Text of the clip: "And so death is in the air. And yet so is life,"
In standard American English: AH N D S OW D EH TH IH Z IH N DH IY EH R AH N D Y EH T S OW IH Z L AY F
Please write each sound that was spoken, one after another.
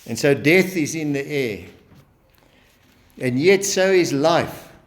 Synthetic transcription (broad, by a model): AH N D S OW D EH TH IH Z IH N DH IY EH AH N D Y EH T S OW IH Z L AY F